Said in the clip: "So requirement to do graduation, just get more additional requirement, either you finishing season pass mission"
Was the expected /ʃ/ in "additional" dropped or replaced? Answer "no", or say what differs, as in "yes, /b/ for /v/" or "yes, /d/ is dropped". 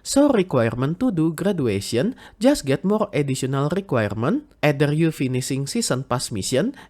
yes, /s/ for /ʃ/